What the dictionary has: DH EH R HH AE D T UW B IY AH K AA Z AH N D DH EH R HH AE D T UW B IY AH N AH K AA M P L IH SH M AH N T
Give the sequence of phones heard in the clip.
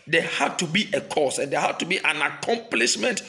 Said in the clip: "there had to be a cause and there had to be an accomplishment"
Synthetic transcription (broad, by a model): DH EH HH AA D T UW B IY AH K AA S AH N D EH HH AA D T UW B IY AH N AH K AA M P L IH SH M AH N T